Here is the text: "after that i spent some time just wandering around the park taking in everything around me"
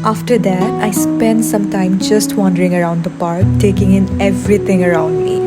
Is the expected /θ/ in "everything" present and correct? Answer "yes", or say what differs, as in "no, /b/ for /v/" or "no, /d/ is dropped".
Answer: no, /t/ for /θ/